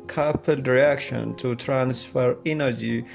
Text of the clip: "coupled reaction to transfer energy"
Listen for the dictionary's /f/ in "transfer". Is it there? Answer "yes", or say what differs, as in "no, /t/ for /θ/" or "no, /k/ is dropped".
yes